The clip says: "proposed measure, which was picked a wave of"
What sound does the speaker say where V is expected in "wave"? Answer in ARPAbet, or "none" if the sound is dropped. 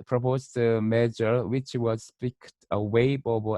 B